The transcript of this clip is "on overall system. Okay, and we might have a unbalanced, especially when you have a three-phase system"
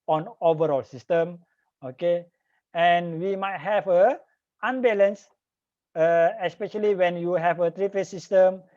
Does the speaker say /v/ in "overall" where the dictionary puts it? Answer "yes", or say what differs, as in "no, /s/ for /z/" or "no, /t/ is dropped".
yes